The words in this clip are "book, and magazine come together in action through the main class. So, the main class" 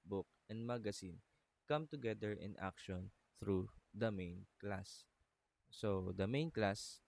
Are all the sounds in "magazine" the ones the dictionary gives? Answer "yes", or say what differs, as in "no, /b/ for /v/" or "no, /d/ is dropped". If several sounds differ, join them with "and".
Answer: no, /s/ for /z/